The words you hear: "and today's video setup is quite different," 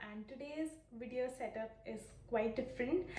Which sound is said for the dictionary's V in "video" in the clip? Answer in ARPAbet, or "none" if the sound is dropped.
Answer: V